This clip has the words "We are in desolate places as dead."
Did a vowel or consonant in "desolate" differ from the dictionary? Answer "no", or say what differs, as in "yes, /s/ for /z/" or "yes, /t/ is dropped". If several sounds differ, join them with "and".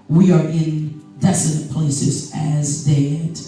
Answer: yes, /n/ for /l/